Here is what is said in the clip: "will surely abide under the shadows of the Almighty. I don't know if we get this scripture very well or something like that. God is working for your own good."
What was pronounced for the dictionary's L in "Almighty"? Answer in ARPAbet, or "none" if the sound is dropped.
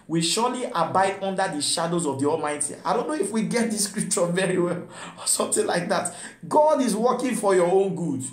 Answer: L